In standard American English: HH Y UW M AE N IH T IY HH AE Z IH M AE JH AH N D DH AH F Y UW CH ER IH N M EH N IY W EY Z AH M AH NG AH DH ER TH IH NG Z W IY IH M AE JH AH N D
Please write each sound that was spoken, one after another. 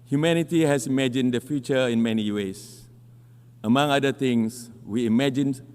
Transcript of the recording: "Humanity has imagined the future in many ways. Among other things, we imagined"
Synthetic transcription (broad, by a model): HH Y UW M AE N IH T IY HH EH S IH M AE JH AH N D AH F Y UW CH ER IH N M EH N IY W EY S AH M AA NG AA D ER T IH NG S W IY M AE JH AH N